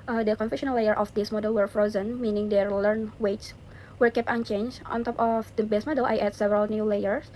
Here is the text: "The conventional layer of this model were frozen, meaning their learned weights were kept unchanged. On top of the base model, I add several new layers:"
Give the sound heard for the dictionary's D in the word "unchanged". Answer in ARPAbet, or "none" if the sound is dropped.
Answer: none